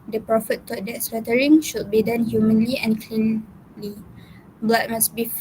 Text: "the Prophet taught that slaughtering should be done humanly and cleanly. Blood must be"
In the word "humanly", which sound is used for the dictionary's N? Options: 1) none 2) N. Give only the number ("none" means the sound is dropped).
2